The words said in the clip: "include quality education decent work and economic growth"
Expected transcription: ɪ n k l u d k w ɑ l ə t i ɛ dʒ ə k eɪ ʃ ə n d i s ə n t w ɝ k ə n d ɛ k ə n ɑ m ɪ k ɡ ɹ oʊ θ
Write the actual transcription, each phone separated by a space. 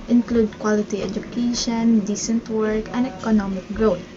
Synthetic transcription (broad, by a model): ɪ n k l u d k w ɑ l ə t i ɛ dʒ ə k eɪ ʃ ə n d i s ə n t w ɝ k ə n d ɛ k ə n ɑ m ɪ k ɡ ɹ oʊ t